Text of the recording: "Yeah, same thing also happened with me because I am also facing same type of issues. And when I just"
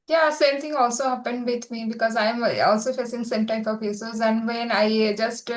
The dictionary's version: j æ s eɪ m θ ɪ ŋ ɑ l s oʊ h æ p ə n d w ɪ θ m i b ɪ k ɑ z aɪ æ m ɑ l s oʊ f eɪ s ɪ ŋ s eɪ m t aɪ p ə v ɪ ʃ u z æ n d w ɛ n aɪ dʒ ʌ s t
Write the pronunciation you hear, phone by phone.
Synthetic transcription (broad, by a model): j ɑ s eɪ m t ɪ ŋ ɑ l s oʊ h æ p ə n d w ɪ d m i b ɪ k ɑ z aɪ m ɑ l s oʊ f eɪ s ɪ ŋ s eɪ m t aɪ p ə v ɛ s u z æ n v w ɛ n aɪ dʒ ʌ s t